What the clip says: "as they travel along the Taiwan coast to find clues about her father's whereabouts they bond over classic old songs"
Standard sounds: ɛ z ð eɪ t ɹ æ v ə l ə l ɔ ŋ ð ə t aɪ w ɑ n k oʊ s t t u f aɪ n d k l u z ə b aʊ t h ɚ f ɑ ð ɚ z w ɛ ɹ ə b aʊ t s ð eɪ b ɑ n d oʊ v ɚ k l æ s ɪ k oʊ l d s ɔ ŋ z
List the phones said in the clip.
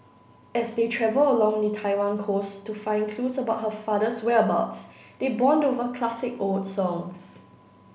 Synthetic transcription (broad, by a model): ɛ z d eɪ t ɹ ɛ v ə l ə l ɔ ŋ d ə t aɪ w ɑ n k oʊ s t t u f aɪ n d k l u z ə b aʊ t h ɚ f ɑ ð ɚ s w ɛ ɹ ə b aʊ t s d eɪ b ɑ n d oʊ v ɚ k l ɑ s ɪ k oʊ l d s ɔ ŋ s